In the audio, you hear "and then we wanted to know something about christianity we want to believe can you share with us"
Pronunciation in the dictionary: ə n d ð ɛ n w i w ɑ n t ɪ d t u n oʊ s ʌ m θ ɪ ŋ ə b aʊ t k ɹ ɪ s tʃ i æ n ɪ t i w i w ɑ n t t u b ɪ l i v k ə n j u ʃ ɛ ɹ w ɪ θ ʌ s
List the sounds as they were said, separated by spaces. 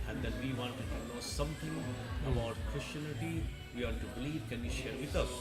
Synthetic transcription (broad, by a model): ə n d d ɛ n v i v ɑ n t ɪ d t u n oʊ s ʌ m t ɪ ŋ ə b aʊ t k ɹ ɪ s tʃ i n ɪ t i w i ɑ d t t u b ɪ l i v k ə n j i ʃ ɛ ɹ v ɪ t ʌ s